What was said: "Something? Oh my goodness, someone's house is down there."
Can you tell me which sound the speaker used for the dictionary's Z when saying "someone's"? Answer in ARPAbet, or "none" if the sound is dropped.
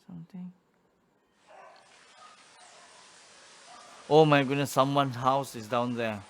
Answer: none